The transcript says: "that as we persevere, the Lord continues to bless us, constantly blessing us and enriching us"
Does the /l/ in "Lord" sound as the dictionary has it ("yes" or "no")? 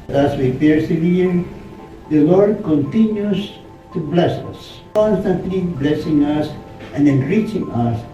yes